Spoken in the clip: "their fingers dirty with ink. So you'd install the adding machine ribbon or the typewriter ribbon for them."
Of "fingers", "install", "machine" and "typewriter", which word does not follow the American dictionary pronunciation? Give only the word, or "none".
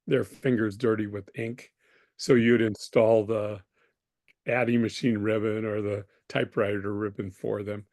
none